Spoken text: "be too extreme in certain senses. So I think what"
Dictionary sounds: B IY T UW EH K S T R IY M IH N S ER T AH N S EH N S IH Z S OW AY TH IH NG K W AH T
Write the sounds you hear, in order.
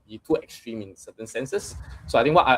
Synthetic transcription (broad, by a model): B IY T UW EH K S T R IY M IH N S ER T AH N S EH N S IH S S OW AY T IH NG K W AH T